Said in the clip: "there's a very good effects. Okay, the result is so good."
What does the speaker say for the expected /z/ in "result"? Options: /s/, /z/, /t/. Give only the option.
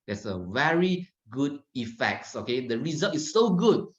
/z/